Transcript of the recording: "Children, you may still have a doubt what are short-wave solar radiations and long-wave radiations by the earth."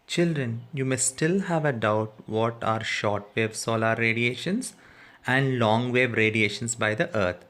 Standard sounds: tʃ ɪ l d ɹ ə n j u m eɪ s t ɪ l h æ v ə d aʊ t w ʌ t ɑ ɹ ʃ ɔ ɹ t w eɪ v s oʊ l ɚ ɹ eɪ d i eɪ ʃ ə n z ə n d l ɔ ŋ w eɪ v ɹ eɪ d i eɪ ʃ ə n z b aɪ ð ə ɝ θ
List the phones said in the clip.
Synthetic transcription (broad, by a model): tʃ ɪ l d ɹ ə n j u m eɪ s t ɪ l h æ v ə d aʊ t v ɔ t ɑ ɹ ʃ ɔ ɹ t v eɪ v s oʊ l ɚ ɹ eɪ d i eɪ ʃ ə n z ə n d l ɔ ŋ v eɪ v ɹ eɪ d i eɪ ʃ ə n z b aɪ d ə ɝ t